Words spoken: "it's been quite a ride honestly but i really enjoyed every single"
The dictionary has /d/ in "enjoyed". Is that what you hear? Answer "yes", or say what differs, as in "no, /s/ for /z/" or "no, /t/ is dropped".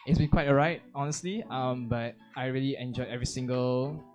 no, /d/ is dropped